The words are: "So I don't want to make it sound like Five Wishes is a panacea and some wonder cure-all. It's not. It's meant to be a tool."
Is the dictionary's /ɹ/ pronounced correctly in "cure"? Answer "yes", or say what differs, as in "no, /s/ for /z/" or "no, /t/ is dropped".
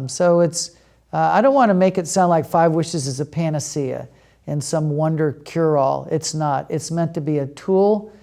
yes